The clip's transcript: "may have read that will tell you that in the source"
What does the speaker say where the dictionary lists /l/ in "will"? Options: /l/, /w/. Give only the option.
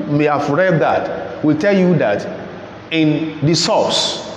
/l/